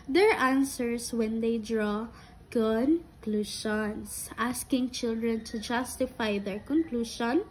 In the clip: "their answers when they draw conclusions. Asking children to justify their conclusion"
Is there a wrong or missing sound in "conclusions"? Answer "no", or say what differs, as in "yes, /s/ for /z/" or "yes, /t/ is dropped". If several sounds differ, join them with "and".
yes, /ʃ/ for /ʒ/